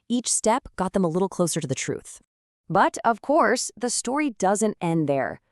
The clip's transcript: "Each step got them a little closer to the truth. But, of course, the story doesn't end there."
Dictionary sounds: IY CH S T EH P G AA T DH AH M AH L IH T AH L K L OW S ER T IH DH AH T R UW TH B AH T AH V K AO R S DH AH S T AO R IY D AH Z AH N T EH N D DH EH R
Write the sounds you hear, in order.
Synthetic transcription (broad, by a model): IY CH S T EH P G AA T DH AH M AH L IH T L K L OW S ER T IH DH AH T R UW TH B AH T AH V K AO R S DH AH S T AO R IY D AH Z AH N T EH N DH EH R